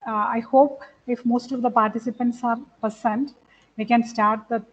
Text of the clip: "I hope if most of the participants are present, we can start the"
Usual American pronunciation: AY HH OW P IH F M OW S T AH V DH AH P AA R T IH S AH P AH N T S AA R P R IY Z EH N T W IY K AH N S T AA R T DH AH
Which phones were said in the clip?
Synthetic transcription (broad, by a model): AY HH OW P IH F M OW S T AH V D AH P AA R T IH S AH P AH N T S AA R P IY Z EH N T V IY K AH N S T AA R T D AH